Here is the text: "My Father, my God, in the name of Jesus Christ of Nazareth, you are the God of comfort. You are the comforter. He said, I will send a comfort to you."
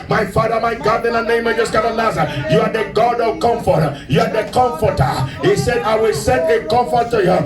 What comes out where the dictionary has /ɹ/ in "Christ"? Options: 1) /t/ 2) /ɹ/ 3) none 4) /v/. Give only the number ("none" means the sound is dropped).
3